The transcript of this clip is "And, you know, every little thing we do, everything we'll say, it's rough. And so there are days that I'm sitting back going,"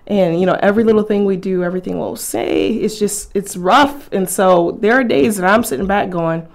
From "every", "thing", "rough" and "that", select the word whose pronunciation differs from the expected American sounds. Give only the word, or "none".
none